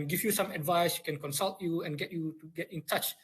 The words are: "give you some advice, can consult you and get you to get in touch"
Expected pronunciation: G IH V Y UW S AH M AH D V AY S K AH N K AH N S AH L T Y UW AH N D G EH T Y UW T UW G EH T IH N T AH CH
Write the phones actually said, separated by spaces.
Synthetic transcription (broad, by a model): G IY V Y UW S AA M AH D V AY S K AH N K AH N S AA L T Y UW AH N G EH T Y UW T UW G EH T IH N T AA CH